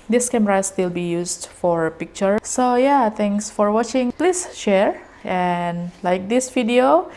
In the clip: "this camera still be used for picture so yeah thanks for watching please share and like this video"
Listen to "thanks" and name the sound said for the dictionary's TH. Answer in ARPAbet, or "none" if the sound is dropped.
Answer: T